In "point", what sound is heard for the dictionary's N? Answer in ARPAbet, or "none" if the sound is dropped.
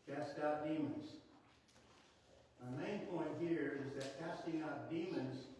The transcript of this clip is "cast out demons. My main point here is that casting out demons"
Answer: N